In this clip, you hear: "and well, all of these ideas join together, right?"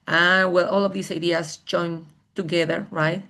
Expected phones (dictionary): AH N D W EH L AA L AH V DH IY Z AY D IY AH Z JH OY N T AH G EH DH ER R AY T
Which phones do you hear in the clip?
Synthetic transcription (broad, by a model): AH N W EH L AA L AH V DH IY S AY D IY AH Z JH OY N T AH G EH DH ER R AY T